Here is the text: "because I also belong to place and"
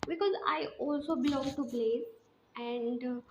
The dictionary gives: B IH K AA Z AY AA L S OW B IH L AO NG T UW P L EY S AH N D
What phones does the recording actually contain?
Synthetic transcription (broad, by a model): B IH K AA Z AY AA L S OW B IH L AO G T UW B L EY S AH N D